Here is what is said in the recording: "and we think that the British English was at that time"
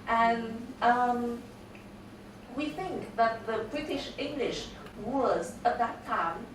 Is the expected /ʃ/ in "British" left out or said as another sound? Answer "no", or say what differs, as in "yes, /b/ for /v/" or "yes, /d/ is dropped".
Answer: no